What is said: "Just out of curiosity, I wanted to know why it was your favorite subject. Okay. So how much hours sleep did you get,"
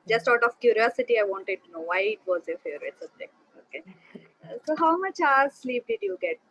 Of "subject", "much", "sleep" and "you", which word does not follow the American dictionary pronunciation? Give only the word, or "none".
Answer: subject